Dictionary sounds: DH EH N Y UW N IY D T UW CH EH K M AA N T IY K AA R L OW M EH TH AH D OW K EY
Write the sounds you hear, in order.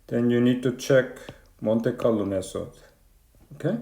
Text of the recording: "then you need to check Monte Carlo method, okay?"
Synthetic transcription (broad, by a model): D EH N Y UW N IY D T UW CH EH K M AA N T IY K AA L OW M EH S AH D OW K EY